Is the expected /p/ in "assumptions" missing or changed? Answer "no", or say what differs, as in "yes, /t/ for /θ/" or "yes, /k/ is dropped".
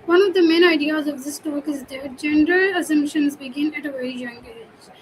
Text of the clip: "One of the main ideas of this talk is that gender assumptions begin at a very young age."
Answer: no